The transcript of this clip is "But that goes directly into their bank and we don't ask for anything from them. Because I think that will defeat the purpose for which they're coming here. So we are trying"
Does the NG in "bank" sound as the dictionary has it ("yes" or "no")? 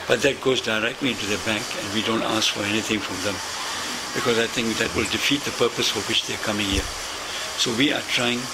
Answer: yes